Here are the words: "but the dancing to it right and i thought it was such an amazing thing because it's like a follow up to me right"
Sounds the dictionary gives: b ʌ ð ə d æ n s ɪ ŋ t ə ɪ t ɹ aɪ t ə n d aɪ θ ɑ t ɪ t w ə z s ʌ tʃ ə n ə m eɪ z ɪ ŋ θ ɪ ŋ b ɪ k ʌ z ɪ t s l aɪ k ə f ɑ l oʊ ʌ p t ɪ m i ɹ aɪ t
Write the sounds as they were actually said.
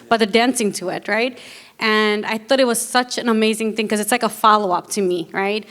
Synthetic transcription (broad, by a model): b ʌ ð ə d æ n s ɪ ŋ t ə ɪ t ɹ aɪ t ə n aɪ θ ɑ t ɪ t w ə z s ʌ tʃ ə n ə m eɪ z ɪ ŋ θ ɪ ŋ k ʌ z ɪ t s l aɪ k ə f ɑ l oʊ ʌ p t ɪ m i ɹ aɪ t